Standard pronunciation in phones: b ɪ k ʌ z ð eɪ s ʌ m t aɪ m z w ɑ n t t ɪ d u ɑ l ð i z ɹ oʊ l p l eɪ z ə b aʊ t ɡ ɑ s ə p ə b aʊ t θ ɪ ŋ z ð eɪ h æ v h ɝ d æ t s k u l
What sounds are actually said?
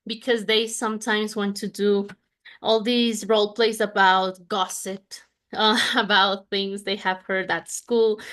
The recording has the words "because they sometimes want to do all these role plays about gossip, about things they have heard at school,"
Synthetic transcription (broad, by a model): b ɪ k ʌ z ð eɪ s ʌ m t aɪ m z w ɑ n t t ɪ d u ɑ l ð i z ɹ oʊ l p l eɪ s ə b aʊ t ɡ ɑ s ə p ə b aʊ t θ ɪ ŋ z ð eɪ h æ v h ɝ d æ t s k u l